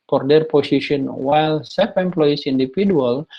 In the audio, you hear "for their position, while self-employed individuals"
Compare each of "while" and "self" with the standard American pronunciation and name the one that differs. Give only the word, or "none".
self